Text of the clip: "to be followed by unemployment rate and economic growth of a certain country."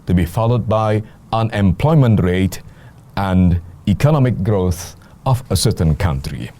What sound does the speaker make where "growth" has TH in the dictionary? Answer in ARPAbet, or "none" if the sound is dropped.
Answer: TH